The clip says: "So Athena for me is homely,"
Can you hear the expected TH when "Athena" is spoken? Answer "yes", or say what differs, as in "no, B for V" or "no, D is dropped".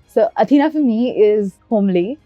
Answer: no, T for TH